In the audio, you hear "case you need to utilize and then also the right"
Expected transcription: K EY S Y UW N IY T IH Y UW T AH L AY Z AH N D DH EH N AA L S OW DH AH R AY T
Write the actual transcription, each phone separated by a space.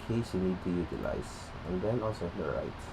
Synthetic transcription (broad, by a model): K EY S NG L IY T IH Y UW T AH L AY S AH N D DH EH N AA L S OW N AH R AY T